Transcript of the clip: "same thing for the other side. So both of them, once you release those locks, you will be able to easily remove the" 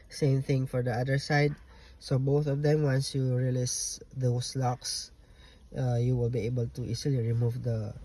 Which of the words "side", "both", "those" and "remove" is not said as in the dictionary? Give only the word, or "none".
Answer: those